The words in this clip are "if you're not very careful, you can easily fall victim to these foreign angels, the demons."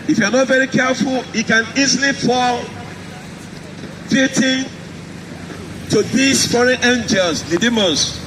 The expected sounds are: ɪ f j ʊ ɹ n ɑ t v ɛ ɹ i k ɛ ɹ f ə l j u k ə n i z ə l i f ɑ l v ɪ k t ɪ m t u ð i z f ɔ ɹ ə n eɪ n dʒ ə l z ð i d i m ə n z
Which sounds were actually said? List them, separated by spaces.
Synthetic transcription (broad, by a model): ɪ f j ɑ n ɑ t v ɛ ɹ i k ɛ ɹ f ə l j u k ə n i z ə l i f ɑ l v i t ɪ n t u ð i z f ɔ ɹ ə n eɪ n dʒ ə l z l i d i m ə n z